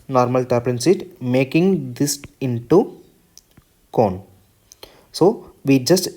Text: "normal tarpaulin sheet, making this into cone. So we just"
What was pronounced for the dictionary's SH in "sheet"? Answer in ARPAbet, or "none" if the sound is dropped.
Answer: S